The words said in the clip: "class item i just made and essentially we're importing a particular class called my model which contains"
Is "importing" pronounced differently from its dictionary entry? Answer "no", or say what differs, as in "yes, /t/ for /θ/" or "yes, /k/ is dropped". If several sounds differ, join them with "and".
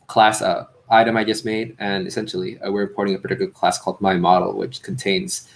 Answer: yes, /m/ is dropped